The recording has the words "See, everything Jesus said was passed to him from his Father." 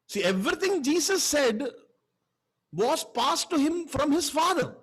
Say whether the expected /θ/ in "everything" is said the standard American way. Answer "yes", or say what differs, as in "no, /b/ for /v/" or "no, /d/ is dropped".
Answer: no, /t/ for /θ/